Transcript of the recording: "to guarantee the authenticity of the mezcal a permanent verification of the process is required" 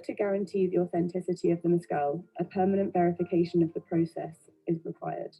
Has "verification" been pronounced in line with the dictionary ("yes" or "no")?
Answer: yes